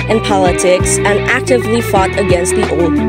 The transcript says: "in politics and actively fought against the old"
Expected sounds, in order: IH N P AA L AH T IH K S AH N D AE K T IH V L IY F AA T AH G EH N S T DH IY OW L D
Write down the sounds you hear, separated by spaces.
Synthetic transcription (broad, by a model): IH N P AA L AH T IH K S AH N AE K T IH V L IY F AA T AH G EH N S T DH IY OW L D